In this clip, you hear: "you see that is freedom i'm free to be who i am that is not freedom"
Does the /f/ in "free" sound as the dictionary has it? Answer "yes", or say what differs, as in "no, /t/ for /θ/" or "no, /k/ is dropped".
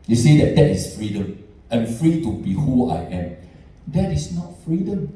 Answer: yes